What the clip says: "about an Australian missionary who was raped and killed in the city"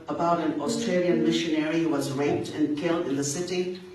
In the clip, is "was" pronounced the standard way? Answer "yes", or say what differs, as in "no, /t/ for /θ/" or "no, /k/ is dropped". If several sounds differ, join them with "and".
yes